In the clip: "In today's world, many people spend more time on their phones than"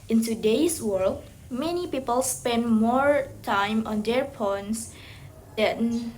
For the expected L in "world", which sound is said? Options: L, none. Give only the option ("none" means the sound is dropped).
L